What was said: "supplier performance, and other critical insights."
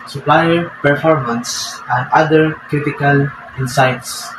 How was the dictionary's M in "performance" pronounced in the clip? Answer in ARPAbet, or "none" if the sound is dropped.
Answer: M